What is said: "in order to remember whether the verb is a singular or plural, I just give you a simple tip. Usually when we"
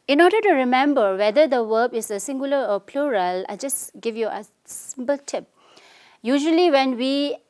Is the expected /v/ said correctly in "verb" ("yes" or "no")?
no